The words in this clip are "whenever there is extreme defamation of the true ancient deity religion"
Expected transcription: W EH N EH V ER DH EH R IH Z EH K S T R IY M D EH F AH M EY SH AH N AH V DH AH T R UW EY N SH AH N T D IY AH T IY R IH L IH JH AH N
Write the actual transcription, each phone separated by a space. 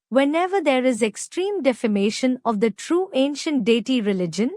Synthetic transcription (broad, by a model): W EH N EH V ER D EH R IH Z EH K S T R IY M D EH F AH M EY SH AH N AH V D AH T R UW EY N SH AH N T D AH T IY R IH L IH JH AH N